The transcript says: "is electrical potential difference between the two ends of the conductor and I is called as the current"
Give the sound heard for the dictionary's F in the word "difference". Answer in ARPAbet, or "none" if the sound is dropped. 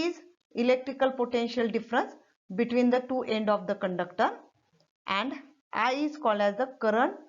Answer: F